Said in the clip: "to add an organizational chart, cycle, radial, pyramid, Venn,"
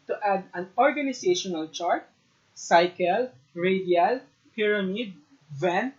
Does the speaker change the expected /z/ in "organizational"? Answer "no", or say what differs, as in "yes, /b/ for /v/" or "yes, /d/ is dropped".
yes, /s/ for /z/